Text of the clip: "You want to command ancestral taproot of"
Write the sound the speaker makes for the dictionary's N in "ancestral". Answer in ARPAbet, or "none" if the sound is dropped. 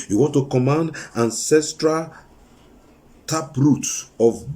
N